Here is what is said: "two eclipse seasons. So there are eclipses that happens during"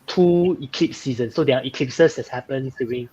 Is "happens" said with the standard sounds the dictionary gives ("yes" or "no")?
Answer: no